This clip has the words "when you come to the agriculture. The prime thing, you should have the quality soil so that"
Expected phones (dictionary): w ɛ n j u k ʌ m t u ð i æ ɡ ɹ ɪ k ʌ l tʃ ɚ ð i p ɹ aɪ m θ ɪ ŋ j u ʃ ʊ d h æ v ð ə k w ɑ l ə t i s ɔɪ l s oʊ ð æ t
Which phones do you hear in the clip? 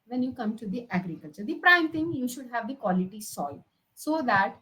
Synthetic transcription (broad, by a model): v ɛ n j u k ʌ m t u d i æ ɡ ɹ ɪ k ʌ l tʃ ɚ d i p ɹ aɪ m t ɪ ŋ j u ʃ ʊ d h æ v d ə k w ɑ l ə t i s ɔɪ l s oʊ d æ t